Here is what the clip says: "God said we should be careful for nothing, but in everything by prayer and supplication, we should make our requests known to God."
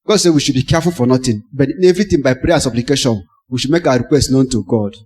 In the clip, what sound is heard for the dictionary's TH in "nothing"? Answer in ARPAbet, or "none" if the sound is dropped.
T